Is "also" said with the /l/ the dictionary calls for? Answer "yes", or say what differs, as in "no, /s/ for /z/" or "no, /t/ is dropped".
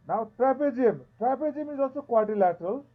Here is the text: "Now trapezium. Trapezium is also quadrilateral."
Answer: no, /l/ is dropped